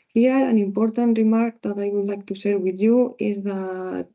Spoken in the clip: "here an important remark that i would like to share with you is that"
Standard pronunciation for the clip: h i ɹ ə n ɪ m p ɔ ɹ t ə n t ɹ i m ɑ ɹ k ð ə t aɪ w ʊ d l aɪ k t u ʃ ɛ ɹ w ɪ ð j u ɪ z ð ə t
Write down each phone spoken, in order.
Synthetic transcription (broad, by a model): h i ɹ ə n ɪ m p ɔ ɹ t ə n t ɹ i m ɑ ɹ k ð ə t aɪ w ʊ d l aɪ k t u s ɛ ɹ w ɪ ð j u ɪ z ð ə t